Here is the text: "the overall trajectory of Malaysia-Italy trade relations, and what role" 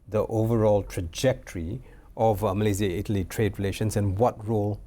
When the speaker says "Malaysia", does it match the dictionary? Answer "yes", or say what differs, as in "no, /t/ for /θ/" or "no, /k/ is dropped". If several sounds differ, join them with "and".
no, /z/ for /ʒ/